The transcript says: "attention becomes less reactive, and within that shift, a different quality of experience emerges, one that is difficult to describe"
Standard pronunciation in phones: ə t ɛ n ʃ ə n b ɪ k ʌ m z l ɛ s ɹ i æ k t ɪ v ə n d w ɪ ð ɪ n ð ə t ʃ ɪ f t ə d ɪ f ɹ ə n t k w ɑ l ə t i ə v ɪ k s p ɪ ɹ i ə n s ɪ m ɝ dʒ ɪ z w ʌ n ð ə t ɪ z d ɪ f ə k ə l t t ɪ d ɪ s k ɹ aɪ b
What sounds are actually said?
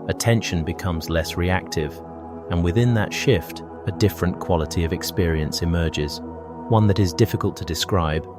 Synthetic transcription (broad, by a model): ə t ɛ n ʃ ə n b ɪ k ʌ m z l ɛ s ɹ i æ k t ɪ v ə n w ɪ ð ɪ n ð ə t ʃ ɪ f t ə d ɪ f ɹ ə n k w ɑ l ə t i ə v ɪ k s p ɪ ɹ i ə n s ɪ m ɝ dʒ ɪ z w ʌ n ð ə t ɪ z d ɪ f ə k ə l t t ɪ d ɪ s k ɹ aɪ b